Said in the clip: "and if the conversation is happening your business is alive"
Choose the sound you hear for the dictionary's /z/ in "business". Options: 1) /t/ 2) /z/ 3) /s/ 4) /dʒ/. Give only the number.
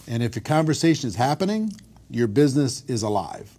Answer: 2